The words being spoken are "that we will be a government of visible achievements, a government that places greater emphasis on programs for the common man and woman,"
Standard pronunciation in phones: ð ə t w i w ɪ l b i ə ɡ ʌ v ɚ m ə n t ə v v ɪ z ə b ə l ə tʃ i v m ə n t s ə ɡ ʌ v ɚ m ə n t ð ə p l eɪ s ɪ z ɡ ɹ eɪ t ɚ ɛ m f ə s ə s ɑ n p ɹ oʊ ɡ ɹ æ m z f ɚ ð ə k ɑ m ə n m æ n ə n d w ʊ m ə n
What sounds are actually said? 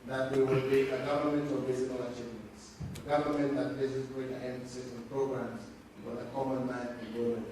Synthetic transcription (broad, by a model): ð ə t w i w ɪ l b i ə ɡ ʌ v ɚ m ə n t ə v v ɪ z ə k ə l ə tʃ i v m ə n t s ə ɡ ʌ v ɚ m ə n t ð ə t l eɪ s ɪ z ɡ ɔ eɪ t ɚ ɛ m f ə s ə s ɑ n p ɹ oʊ ɡ ɹ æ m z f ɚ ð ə k ɑ m ə n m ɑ ə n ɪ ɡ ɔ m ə